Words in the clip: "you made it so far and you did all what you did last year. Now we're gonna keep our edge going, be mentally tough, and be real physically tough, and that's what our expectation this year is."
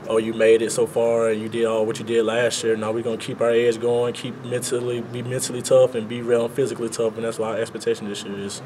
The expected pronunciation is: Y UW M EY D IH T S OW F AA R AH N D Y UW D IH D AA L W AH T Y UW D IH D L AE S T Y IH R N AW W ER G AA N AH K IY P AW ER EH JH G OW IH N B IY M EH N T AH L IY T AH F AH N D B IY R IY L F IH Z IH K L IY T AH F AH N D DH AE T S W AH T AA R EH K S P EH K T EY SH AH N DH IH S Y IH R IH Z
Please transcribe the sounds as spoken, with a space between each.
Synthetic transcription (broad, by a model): Y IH M EY D IH T S OW F AA R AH N Y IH D IH D AA L W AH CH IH D IH D L AE S T Y IH R N AW W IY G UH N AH K IY P AW ER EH Z G OW IH N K IY M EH N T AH L IY T AH F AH N B IY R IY N F IH Z IH K L IY T AH F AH N DH AE T S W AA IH EH K S P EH K T EY SH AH N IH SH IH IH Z